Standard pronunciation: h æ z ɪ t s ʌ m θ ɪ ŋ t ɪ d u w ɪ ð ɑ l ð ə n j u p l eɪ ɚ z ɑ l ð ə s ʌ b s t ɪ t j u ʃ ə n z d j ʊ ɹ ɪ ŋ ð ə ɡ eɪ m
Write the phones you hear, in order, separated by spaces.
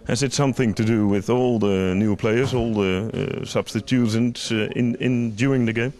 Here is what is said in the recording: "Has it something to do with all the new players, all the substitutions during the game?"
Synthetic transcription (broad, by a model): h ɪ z ɪ t s ʌ m θ ɪ ŋ t ɪ d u w ɪ ð ɑ l ð ə n j u p l eɪ ɚ z ɑ l ð ə s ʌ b s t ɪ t j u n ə n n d j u ɪ ŋ ð ə ɡ eɪ m